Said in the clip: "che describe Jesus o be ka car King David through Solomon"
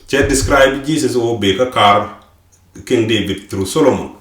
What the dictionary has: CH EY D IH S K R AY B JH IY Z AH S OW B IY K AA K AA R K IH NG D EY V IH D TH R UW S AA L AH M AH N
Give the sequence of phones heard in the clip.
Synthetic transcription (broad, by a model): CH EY D IH S K R AY B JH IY S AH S OW B IY K AA K AA R K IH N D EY B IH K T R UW S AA L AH M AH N